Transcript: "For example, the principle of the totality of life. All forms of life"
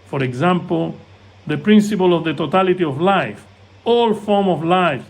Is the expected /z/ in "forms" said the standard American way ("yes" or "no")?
no